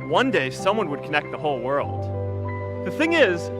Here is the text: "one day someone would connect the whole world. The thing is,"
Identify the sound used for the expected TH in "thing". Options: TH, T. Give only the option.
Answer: TH